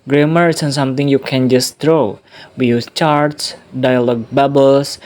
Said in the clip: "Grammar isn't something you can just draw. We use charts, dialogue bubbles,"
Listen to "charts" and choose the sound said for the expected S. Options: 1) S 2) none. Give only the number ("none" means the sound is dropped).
1